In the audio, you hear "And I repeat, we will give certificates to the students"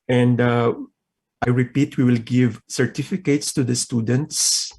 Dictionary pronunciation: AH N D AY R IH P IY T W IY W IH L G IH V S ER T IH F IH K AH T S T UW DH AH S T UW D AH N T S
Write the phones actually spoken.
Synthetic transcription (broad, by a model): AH N D AY R IH P IY T W IY W IH L G IH V S ER T IH F IH K AH T S T UW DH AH S T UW D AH N T S